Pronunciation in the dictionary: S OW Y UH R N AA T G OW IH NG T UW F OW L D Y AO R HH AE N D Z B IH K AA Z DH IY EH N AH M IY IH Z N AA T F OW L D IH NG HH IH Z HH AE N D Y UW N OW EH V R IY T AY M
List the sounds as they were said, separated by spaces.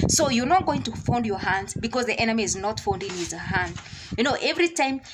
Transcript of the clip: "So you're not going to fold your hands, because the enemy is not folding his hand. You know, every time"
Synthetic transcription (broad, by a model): S OW Y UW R N AA T G OW IH NG T UW F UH N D Y AO R HH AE N D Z B IH K AA Z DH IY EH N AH M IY IH Z N AA T F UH N D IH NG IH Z HH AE N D Y UW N OW EH V R IY T AY M